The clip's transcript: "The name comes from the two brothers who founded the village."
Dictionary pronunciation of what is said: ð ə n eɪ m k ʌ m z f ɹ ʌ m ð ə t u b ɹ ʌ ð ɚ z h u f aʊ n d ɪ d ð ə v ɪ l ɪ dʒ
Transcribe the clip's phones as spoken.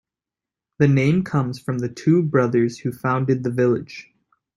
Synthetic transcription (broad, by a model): ð ə n eɪ m k ʌ m z f ɹ ʌ m ð ə t u b ɹ ʌ ð ɚ z h u f aʊ n d ɪ d ð ə v ɪ l ɪ dʒ